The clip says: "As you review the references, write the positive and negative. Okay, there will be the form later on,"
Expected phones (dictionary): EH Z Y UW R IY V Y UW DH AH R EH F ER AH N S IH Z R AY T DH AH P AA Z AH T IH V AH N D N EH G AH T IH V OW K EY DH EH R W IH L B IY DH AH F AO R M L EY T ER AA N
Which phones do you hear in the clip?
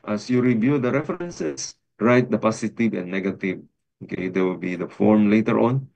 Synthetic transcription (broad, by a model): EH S Y UW R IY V Y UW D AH R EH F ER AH N S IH S R AY T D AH P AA S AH T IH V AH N N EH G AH T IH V OW K EY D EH W IH L B IY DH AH F AO R M L EY T ER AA N